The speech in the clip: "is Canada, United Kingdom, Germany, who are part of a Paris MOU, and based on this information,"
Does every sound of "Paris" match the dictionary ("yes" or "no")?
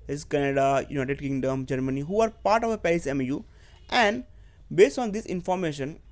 no